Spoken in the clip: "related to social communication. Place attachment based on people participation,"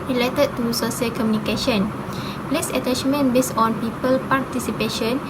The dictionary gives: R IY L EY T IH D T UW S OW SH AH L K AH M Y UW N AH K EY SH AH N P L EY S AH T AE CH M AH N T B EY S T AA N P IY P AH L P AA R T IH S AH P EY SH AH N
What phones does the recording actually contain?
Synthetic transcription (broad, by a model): R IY L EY T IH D T UW S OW S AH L K AH M Y UW N AH K EY SH AH N P L EY S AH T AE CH M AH N B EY S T AA N P IY P AH L P AA R T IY S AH P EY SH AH N